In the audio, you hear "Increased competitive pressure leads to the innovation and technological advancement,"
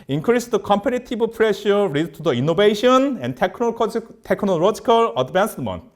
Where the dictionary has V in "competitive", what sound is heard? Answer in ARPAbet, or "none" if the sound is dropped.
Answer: B